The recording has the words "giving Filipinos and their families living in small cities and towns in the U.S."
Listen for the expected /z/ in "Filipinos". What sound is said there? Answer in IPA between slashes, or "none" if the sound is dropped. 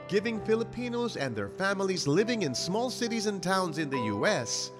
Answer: /z/